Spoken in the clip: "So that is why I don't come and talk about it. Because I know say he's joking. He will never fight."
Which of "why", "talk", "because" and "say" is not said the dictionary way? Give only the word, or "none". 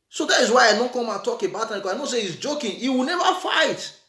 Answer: because